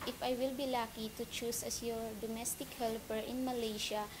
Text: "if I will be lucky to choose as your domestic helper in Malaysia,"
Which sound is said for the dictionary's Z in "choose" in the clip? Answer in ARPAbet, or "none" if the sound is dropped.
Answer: S